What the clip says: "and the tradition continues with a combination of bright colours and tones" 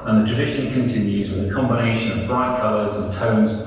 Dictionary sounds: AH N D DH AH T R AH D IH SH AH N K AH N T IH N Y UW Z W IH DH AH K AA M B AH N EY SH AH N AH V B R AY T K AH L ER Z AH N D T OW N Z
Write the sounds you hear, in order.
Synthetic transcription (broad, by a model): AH N DH AH T R AH D IH SH AH N K AH N T IH N Y UW Z W IH DH AH K AA M B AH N EY SH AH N AH V B R AY T K AH L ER Z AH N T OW N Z